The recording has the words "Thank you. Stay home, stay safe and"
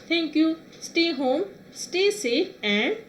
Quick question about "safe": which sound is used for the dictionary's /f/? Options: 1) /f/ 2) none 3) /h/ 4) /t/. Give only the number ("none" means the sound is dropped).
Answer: 2